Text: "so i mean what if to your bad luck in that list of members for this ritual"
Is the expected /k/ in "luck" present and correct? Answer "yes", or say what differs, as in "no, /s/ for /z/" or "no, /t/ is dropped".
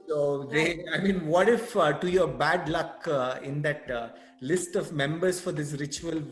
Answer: yes